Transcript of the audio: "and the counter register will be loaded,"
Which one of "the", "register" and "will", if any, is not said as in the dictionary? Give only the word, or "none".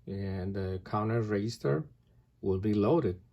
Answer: register